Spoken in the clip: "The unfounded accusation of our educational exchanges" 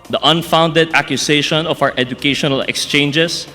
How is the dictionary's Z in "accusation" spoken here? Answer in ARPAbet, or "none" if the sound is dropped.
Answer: S